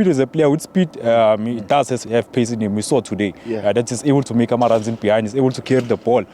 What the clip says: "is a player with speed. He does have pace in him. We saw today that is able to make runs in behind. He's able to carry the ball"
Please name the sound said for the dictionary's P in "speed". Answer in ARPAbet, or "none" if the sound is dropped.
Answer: P